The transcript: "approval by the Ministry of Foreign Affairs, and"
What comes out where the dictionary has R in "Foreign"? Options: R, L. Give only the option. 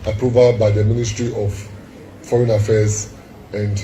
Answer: R